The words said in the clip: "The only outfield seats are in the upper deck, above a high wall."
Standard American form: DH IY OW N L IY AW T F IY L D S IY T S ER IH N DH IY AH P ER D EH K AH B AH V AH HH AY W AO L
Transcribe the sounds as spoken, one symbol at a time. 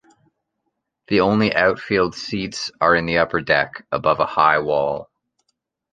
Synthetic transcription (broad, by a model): DH IY OW N L IY AW T F IY L D S IY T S ER IH N DH IY AH P ER D EH K AH B AH V AH HH AY W AO L